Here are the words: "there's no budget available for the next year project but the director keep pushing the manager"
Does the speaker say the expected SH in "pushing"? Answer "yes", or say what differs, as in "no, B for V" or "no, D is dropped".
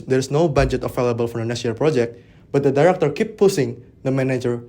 no, S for SH